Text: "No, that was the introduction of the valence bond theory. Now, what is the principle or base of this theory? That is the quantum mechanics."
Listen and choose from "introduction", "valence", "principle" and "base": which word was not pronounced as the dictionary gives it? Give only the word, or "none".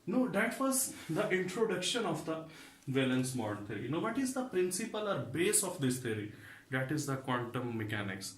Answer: none